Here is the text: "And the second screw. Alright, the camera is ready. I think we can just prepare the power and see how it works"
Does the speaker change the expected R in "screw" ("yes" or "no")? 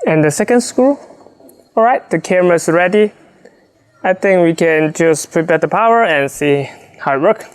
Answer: yes